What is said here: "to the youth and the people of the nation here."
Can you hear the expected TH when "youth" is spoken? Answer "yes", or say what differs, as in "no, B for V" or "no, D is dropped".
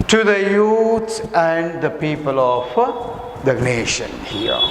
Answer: no, S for TH